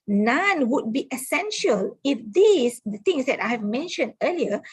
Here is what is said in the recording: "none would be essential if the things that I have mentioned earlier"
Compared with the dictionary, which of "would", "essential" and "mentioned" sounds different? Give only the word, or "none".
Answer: none